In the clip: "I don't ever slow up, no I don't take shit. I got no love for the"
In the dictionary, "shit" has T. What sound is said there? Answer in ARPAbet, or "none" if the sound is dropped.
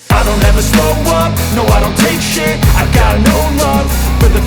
none